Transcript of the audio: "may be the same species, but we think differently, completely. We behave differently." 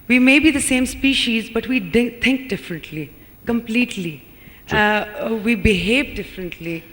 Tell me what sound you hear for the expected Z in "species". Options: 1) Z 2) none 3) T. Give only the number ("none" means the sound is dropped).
1